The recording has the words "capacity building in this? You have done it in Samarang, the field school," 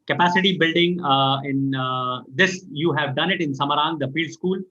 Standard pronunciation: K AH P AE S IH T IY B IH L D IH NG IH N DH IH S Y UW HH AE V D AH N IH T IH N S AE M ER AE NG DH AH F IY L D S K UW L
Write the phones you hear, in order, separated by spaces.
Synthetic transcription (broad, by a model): K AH P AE S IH T IY B IH L D IH NG IH N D IH S Y UW HH AE V D AH N IH T IH N S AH M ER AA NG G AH F IY L D S K UW L